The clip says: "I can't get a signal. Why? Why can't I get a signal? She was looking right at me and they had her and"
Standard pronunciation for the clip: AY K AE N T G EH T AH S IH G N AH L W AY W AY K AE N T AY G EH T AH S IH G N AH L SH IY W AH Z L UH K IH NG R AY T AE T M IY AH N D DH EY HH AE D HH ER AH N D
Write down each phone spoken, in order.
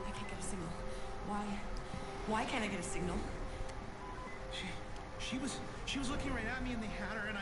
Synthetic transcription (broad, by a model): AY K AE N G EH T AH S IH G N L W AY W AY K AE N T AY G EH T AH S IH G N AH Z SH IY W AH Z L UH K IH NG R AY T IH T M IY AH N DH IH HH AE D ER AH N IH